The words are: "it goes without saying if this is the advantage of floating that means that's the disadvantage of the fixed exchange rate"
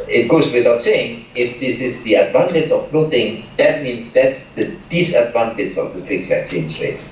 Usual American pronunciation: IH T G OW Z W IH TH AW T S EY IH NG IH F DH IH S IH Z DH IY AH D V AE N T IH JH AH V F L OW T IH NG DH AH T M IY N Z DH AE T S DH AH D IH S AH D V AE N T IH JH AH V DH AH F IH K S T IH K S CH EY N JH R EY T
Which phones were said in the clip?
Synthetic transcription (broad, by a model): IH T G OW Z W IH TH AW T S EY IH NG IH F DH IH S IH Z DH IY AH D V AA N T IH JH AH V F N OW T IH NG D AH T M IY N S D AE T S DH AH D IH S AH D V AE N T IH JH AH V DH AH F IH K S IH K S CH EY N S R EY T